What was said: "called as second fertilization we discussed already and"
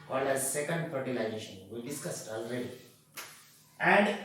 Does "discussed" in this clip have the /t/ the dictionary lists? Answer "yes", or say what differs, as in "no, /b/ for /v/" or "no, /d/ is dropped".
yes